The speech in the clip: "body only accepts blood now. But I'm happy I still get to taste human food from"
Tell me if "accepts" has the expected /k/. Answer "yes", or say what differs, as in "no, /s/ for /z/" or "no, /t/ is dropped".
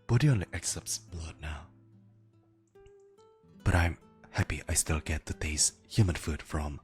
yes